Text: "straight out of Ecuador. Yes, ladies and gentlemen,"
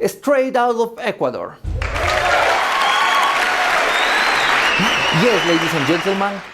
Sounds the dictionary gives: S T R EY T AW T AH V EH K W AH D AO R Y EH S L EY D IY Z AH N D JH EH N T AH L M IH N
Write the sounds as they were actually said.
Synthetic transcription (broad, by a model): S T R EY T AW T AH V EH K W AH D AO R Y EH S L EY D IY S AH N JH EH N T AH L M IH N